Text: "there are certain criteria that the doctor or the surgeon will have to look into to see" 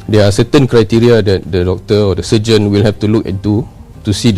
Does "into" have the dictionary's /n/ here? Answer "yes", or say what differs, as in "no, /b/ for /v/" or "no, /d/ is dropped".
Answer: no, /n/ is dropped